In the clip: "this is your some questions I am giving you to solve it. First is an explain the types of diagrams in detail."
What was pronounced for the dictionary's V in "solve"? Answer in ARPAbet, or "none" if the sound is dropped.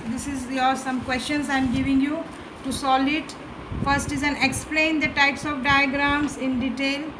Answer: none